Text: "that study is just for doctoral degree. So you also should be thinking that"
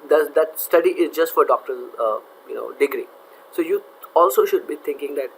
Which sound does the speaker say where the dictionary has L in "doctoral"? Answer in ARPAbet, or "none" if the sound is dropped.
N